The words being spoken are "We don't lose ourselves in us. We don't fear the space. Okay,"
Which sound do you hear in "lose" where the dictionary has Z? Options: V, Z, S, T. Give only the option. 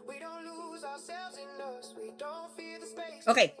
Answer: Z